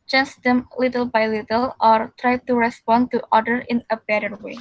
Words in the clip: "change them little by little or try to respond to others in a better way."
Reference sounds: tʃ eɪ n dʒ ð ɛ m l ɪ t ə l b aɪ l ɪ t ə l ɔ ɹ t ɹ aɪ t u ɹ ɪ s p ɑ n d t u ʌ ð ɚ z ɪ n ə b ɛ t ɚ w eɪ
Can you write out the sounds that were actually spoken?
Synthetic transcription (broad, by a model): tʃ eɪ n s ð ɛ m l ɪ t ə l b aɪ l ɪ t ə l ɔ ɹ t ɹ aɪ t u ɹ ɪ s p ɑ n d t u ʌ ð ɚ ɪ n ə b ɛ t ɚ w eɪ